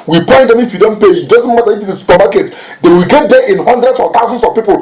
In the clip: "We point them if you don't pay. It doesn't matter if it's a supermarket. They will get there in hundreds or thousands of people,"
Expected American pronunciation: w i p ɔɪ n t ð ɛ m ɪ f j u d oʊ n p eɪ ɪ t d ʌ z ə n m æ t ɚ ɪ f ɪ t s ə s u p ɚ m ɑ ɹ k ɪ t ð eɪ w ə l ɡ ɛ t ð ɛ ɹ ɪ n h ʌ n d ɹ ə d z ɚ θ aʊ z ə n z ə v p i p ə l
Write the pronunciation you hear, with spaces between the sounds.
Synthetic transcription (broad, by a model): w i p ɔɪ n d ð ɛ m ɪ f j u d oʊ n p eɪ ɪ t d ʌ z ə n m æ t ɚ ɪ f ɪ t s ə s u p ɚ m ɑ k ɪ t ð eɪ w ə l ɡ ɛ t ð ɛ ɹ ɪ n h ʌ n d ɹ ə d s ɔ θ aʊ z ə n s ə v p i p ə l